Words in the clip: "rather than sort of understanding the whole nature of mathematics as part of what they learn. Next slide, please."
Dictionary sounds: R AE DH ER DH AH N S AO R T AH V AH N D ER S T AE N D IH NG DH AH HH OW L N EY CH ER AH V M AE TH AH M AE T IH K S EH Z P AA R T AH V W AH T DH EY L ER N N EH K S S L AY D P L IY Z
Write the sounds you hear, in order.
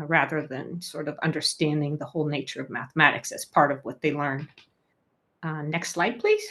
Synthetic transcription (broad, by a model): R AE DH ER DH AH N S AO R T AH V AH N D ER S T AE N D IH NG DH AH HH OW L N EY CH ER AH V M AE TH AH M AE T IH K S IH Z P AA R T AH V W AH T DH EY L ER N N EH K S S L AY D P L IY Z